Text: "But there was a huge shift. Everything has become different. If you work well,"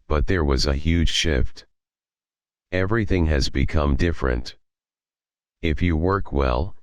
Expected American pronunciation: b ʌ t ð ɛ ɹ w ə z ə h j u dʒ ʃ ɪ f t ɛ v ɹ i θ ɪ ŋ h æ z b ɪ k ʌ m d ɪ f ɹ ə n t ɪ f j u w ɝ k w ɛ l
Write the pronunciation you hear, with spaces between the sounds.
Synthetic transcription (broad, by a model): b ʌ t ð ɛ ɹ w ə z ə h j u dʒ ʃ ɪ f t ɛ v ɹ i θ ɪ ŋ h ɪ z b ɪ k ʌ m d ɪ f ɹ ə n t ɪ f j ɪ w ɝ k w ɛ l